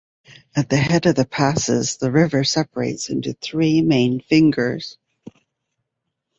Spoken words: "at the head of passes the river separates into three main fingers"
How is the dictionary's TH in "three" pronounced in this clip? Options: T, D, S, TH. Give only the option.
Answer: TH